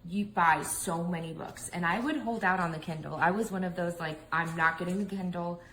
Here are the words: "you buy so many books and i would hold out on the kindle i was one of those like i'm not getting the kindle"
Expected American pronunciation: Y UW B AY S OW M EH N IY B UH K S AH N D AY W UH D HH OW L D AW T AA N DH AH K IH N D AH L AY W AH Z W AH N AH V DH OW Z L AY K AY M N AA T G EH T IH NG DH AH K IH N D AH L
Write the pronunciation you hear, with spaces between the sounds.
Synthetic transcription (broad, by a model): Y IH B AY S OW M EH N IY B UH K S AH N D AY W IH D HH OW L D AW T N DH AH K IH N D L AY W AH Z W AH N AH V DH OW Z L AY K AY M N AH T G EH T IH NG DH AH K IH N D L